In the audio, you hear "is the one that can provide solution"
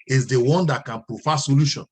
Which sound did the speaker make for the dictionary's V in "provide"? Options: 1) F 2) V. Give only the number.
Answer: 1